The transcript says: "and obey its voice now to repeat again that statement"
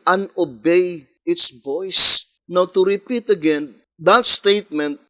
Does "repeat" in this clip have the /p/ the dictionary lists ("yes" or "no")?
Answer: yes